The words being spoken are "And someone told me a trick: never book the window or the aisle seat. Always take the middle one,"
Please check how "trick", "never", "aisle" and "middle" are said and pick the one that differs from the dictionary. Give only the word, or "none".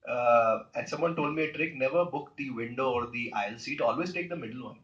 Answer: none